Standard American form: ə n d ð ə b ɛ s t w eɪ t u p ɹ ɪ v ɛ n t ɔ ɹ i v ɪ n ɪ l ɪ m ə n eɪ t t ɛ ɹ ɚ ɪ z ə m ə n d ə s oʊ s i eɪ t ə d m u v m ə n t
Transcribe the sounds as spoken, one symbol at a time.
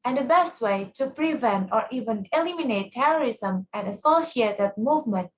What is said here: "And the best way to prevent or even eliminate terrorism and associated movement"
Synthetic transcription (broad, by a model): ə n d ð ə b ɛ s t w eɪ t u p ɹ ɪ v ɛ n t ɔ ɹ i v ɪ n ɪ l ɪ m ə n eɪ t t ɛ ɹ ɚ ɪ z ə m ə n d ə s oʊ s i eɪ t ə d m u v m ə n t